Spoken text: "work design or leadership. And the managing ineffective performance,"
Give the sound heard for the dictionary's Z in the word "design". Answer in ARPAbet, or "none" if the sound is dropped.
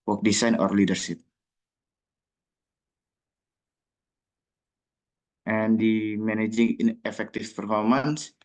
S